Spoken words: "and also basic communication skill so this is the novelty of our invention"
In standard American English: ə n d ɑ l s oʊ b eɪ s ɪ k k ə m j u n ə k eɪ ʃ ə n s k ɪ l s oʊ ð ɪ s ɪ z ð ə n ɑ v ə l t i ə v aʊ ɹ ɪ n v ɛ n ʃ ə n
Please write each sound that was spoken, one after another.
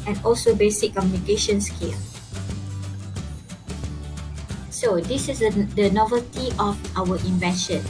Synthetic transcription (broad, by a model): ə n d ɑ l s oʊ b eɪ s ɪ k k ə m j u n ə k eɪ ʃ ə n s k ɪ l s oʊ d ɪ s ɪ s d ə n ɑ v ə l t i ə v aʊ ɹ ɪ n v ɛ n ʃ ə n